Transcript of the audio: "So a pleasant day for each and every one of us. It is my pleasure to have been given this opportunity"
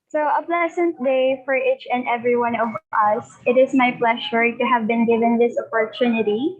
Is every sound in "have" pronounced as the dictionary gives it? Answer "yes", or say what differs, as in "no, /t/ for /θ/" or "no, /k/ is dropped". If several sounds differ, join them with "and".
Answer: yes